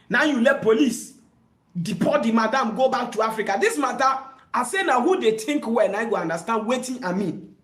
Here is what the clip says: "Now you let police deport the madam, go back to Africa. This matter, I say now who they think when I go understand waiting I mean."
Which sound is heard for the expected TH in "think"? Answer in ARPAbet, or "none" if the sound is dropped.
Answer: T